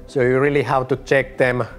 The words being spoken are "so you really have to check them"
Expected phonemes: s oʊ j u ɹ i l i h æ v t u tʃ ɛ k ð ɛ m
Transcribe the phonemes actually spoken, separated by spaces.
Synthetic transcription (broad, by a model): s oʊ j u ɹ i l i h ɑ w t u tʃ ɛ k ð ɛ m